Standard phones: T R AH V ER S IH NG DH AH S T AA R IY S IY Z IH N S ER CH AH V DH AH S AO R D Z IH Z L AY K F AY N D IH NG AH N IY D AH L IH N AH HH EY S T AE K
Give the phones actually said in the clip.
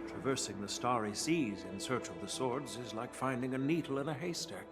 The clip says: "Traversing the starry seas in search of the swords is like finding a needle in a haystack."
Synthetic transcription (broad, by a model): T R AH V ER S IH NG DH AH S T AA R IY S IY Z IH N S ER CH AH V DH AH S AO R D Z IH Z L AY K F AY N D IH NG AH N IY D L IH N AH HH EY S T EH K